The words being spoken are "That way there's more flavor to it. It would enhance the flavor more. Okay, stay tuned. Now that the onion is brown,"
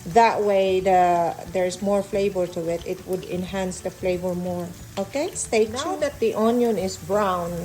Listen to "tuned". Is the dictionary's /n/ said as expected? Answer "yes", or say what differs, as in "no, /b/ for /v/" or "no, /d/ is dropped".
no, /n/ is dropped